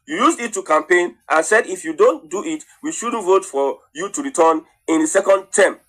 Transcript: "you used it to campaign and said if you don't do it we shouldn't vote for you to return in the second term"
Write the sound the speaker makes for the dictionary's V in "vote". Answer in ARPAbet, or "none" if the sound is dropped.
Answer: V